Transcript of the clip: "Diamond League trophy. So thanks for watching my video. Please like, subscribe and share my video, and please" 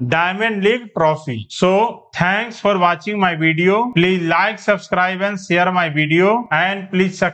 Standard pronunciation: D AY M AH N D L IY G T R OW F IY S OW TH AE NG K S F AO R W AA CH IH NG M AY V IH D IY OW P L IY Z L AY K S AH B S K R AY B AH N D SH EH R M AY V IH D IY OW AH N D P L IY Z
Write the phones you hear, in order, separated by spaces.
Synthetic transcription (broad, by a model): D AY M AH N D L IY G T R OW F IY S OW T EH NG K S F AO R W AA CH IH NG M AY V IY D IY OW P L IY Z L AY K S AH B S K R AY B AH N D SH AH R M AY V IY D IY OW AH N D P L IY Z